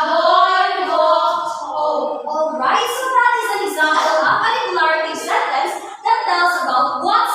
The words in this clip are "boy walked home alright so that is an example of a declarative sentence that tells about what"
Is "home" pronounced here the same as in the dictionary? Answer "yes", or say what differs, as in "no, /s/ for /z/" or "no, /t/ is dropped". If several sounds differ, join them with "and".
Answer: no, /m/ is dropped